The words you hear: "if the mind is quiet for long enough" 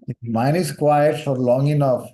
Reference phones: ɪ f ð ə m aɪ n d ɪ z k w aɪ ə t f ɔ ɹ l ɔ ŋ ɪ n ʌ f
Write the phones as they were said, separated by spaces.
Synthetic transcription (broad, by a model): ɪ m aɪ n ɪ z k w aɪ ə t f ɔ ɹ l ɔ ŋ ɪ n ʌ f